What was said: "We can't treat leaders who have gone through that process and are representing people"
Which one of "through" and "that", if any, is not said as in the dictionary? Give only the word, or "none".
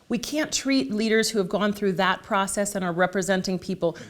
none